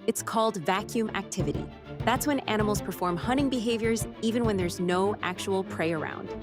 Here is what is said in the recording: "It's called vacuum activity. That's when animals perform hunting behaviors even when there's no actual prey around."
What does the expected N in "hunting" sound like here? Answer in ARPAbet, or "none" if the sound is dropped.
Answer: none